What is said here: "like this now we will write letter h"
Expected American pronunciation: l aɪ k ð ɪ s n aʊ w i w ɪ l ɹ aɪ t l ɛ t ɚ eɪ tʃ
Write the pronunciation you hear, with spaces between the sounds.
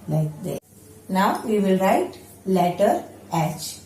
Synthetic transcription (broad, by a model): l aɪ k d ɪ n aʊ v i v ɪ l ɹ aɪ t l ɛ t ɚ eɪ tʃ